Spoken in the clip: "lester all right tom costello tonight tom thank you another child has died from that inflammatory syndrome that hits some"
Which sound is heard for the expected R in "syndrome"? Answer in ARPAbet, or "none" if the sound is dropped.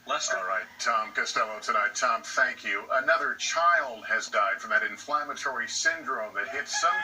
R